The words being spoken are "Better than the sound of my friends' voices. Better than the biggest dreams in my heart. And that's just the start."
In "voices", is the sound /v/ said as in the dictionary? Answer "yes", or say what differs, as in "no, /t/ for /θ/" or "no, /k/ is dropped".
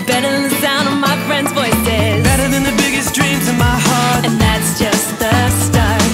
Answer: no, /b/ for /v/